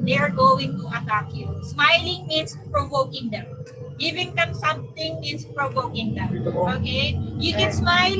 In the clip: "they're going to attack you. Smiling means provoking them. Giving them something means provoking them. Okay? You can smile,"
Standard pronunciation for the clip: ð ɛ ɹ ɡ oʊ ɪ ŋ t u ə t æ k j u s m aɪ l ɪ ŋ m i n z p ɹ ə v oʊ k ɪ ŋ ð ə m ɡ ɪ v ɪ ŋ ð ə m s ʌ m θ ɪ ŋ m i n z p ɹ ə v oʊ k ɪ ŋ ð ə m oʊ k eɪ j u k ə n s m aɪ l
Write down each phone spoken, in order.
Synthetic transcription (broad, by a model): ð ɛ ɹ ɡ oʊ ɪ ŋ t u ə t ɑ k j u s m aɪ l ɪ ŋ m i n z p ɹ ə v oʊ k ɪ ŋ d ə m ɡ ɪ v ɪ ŋ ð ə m s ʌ m t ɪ ŋ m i n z p ɹ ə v oʊ k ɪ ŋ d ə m oʊ k eɪ j u k ə n s m aɪ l